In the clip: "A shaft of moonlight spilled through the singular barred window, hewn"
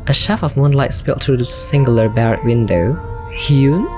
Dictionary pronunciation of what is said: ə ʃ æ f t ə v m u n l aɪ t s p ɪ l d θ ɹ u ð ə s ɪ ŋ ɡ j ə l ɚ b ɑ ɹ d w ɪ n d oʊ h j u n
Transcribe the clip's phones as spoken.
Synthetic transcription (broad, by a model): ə ʃ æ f ə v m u n l aɪ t s p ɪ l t ɹ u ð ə s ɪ ŋ ɡ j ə l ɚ b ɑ ɹ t w ɪ n d oʊ h j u